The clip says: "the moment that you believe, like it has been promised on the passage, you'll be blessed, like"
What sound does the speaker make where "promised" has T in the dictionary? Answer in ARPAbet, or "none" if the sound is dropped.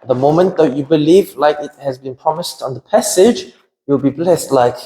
T